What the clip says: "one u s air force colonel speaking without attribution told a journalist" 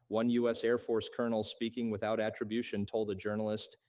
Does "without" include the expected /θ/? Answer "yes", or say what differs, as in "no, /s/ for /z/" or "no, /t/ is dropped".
yes